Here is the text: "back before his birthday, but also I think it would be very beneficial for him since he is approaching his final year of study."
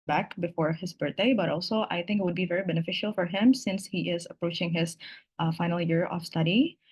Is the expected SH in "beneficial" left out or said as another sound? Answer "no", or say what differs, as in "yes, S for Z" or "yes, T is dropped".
no